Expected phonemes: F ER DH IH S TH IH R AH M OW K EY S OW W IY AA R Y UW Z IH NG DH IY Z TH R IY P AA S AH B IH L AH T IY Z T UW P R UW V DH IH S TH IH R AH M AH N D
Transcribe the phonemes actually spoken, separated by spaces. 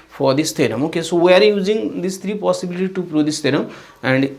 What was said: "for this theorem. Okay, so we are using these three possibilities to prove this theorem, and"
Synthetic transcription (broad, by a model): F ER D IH S T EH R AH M OW K EY S OW W IY AA R Y UW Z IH NG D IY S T R IY P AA S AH B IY L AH T IY T UW P R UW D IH S T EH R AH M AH N D